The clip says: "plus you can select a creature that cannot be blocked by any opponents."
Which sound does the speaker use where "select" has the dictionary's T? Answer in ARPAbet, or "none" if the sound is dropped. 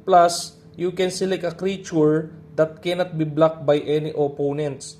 none